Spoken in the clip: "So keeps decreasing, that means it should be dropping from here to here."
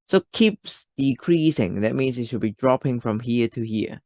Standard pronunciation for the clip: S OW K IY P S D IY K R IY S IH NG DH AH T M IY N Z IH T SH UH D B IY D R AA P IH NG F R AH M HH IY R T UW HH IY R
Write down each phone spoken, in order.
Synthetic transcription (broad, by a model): S OW K IY P S D IY K R IY S IH NG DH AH T M IY N S IH T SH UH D B IY D R AA P IH NG F R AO M HH IY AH T UW HH IY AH